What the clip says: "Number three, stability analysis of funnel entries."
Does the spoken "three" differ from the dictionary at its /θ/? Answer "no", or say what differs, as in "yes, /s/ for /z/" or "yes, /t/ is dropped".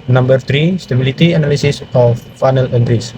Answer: yes, /t/ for /θ/